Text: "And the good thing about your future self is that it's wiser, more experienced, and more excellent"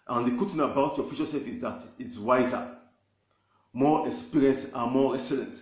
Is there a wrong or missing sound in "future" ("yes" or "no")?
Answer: yes